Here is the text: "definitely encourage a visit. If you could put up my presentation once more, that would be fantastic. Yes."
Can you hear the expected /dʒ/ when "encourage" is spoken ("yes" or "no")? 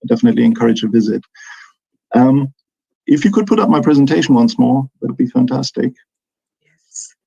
yes